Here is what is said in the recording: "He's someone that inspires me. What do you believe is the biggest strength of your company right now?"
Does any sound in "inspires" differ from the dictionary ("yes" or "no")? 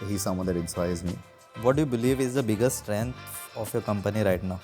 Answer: yes